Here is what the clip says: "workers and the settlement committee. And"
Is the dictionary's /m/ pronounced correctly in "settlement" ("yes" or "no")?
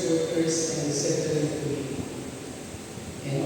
no